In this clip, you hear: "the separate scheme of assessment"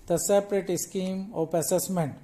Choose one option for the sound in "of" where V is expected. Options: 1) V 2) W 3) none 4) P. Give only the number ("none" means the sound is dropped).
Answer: 4